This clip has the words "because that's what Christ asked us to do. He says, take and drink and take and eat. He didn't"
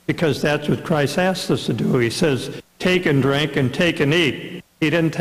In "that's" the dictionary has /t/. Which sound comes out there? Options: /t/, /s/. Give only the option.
/t/